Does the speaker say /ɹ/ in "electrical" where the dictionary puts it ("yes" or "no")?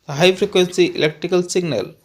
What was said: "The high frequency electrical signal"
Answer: yes